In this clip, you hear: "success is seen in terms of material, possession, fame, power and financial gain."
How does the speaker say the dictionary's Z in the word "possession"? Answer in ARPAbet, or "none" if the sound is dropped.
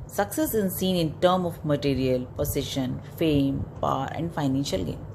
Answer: S